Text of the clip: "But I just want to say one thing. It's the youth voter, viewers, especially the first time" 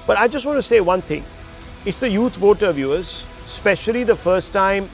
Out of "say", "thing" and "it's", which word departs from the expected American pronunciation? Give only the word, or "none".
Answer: thing